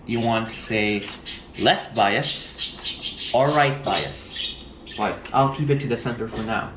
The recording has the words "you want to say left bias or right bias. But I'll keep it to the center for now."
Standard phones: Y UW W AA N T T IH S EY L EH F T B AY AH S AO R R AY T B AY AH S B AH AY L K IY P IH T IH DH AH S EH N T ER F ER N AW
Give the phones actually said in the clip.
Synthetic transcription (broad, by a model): Y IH W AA N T T IH S EY L EH F T B AY AH S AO L R AY T B AY AH S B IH AY L K IY P IH T IH DH AH S EH N T ER F ER N AW